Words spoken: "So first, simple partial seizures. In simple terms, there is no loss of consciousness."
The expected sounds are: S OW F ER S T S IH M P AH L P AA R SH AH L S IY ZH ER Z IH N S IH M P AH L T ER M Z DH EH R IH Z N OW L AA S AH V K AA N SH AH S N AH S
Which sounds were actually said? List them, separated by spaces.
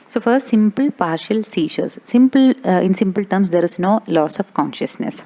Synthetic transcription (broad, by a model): S OW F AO T S IH M P AH L P AA R SH AH L S IY S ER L IH N S IH M P AH L T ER M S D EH R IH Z N OW L AA S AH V K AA N SH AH S N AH S